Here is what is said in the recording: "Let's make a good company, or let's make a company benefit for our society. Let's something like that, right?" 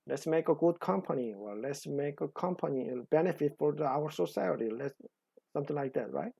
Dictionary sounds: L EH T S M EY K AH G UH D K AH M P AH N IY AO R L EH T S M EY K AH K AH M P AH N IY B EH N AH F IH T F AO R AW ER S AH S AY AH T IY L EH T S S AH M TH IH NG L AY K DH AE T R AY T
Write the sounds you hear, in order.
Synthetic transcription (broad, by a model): L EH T S M EY K AH G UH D K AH M P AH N IY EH L L EH T S M EY K AH K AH M P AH N IY B EH N AH F IH T F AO R AW ER S AH S AY AH T IY L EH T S S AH M T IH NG L AY K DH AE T R AY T